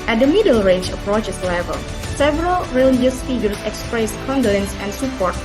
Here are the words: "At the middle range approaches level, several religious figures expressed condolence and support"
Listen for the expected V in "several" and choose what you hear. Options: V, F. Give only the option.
V